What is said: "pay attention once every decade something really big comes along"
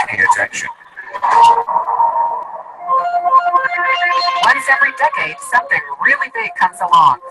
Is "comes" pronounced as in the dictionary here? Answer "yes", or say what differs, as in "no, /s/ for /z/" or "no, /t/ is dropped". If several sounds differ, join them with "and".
yes